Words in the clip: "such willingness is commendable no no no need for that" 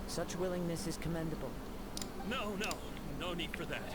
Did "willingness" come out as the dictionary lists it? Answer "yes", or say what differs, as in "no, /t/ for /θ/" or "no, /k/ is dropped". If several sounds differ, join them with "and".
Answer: yes